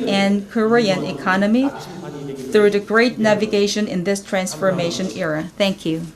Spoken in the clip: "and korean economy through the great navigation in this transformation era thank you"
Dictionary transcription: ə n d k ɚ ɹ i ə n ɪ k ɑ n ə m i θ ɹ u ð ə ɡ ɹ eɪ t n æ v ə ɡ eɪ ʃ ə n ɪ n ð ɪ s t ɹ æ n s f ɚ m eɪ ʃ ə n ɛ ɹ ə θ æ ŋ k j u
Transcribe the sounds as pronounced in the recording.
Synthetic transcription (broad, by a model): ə n k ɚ ɹ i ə n ɪ k ɑ n ə m i θ ɹ u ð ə ɡ ɹ eɪ t n æ v ə ɡ eɪ ʃ ə n ɪ n ð ɪ s t ɹ æ n s f ɚ m eɪ ʃ ə n ɛ ɹ ə θ æ ŋ k j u